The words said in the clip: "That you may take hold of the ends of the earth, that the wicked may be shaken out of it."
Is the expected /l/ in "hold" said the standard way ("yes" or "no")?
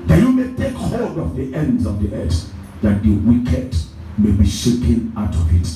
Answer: no